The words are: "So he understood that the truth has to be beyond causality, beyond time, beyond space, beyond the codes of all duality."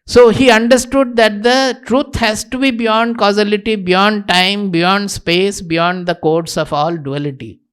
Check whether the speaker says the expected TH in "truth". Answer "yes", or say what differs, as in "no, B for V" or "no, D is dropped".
no, T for TH